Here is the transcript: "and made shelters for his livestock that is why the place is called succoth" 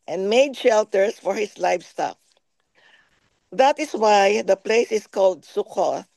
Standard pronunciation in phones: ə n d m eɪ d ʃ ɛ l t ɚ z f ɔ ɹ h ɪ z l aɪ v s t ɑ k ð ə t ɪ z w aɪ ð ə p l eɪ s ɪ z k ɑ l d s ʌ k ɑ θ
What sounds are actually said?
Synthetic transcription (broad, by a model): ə n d m eɪ d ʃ ɛ l t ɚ s f ɔ ɹ h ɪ s l aɪ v s t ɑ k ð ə t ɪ s w aɪ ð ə p l eɪ s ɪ s k ɑ l d s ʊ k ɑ